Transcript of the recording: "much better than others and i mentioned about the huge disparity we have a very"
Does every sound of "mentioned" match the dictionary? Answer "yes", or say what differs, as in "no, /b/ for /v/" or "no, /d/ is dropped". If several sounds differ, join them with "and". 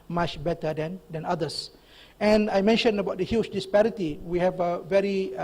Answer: no, /d/ is dropped